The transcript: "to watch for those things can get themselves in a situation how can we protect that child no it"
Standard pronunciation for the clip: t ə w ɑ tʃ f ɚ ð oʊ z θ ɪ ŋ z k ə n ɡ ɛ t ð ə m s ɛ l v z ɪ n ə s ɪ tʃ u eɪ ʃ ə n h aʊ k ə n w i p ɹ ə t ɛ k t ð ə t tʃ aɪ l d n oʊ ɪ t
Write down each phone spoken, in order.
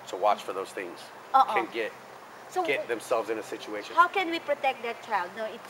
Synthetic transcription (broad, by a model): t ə w ɑ tʃ f ɚ ð oʊ z θ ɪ ŋ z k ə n ɡ ɛ t ð ə m s ɛ l v z ɪ n ə s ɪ tʃ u eɪ ə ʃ h aʊ k ə n w i p ɹ ə t ɛ k t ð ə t tʃ aɪ l d n oʊ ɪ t